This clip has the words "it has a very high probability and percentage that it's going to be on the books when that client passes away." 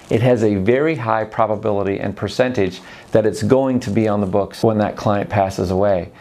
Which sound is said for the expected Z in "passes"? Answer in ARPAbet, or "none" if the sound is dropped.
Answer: Z